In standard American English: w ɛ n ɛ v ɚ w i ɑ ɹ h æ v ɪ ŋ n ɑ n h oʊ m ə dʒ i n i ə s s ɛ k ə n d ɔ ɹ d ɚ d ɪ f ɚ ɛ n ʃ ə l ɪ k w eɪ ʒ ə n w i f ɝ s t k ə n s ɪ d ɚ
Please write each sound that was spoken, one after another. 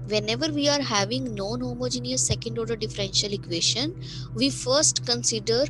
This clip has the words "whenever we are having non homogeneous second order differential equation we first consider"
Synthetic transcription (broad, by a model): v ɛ n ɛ v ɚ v i ɑ ɹ h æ v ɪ ŋ n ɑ n h oʊ m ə dʒ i n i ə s s ɛ k ə n d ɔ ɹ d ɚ d ɪ f ɚ ɛ n ʃ ə l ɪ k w eɪ ʃ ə n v i f ɝ s t k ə n s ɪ d ɚ